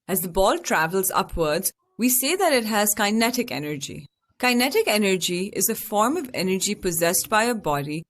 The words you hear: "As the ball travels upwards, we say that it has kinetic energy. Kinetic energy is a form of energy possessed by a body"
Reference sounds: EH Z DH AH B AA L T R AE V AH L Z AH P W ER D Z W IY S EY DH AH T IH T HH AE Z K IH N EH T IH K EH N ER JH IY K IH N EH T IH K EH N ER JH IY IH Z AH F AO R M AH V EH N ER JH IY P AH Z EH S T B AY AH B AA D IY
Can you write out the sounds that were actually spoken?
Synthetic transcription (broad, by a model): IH Z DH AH B AA L T R AE V AH L Z AH P W ER D Z W IY S EY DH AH T IH T HH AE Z K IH N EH T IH K EH N ER JH IY K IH N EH T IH K EH N ER JH IY IH Z AH F AO R M AH V EH N ER JH IY P AH Z EH S T B AY AH B AA D IY